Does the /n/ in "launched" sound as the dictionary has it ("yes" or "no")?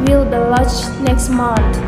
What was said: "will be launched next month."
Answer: no